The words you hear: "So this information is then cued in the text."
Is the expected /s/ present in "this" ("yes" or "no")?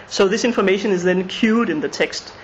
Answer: yes